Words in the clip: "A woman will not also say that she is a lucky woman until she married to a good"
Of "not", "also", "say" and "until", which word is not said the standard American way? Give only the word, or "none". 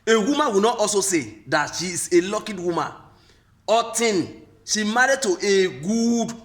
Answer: until